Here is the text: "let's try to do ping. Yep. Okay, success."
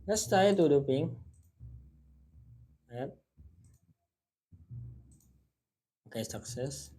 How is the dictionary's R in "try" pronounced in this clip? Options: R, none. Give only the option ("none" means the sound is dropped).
none